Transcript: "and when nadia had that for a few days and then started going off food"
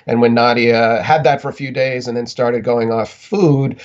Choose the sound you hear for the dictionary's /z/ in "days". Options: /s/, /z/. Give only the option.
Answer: /z/